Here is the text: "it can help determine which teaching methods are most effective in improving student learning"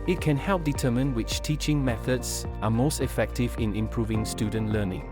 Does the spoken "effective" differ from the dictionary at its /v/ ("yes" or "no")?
no